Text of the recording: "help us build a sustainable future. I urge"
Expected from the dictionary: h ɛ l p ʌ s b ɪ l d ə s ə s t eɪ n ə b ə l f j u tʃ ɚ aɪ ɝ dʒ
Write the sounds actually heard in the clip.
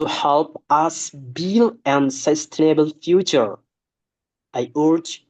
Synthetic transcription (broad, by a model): h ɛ l p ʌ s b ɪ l ə s ə s t eɪ n ə b ə l f j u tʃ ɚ aɪ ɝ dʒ